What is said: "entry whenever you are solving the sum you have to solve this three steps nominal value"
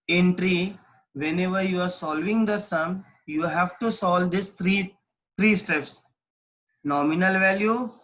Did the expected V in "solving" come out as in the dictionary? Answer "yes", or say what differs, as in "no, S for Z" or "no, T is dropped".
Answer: yes